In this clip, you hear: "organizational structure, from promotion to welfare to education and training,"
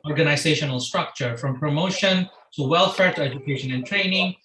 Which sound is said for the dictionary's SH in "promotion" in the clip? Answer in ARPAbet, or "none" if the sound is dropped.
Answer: SH